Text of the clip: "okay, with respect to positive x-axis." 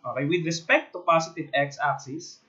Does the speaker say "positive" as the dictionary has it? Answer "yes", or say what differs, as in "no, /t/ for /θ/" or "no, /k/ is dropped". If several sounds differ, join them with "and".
no, /s/ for /z/